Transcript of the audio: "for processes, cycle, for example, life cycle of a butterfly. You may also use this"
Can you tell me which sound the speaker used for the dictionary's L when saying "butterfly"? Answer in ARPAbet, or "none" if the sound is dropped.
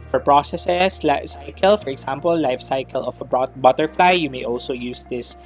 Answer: L